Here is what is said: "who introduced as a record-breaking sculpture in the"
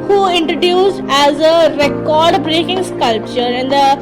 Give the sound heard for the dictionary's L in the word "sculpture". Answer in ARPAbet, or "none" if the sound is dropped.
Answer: L